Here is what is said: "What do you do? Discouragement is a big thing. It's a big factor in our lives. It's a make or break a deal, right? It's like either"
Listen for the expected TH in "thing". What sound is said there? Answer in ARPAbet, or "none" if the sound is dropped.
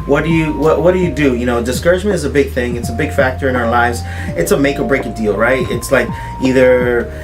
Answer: TH